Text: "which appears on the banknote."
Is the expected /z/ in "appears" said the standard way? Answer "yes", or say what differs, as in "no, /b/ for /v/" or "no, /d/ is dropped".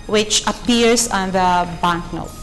no, /s/ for /z/